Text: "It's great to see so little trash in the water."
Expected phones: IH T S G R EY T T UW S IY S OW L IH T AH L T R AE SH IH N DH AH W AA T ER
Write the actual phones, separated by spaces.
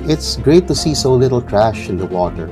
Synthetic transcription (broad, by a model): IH T S G R EY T T UW S IY S OW L IH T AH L T R AE SH IH N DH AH W AA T ER